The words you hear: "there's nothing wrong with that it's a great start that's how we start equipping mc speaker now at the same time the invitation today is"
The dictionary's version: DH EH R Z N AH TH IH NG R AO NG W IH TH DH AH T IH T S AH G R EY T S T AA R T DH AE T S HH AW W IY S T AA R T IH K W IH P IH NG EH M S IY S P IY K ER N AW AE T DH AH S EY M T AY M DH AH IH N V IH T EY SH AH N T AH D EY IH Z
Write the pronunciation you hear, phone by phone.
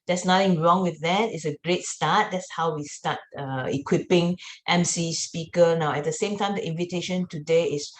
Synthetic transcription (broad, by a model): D EH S N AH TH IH NG R AO NG W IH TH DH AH T IH T S AH G R EY T S T AA T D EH T S HH AW W IY S T AA T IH K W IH P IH NG EH M S IY S P IY K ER N AW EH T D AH S EY M T AY M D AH IH N V IH T EY SH AH N T AH D EY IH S